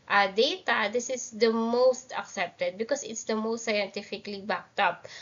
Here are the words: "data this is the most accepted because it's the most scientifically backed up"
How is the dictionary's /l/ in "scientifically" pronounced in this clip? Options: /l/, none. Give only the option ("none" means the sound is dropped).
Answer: /l/